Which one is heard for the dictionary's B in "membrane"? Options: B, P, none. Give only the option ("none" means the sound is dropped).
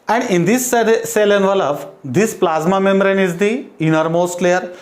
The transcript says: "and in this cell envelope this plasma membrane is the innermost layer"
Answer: none